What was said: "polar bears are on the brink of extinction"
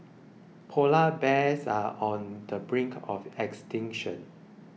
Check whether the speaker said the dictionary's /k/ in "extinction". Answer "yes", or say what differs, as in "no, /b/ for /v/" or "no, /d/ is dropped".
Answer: yes